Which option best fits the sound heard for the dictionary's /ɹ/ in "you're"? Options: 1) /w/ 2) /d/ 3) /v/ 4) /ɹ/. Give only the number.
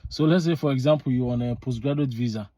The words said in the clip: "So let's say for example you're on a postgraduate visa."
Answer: 1